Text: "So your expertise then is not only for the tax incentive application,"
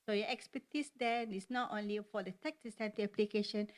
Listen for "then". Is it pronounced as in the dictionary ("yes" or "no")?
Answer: no